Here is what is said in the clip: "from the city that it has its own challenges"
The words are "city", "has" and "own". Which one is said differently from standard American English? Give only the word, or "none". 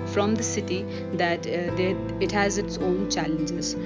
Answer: none